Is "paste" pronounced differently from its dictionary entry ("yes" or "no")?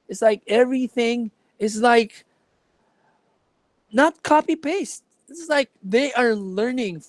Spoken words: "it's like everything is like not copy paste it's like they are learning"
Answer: no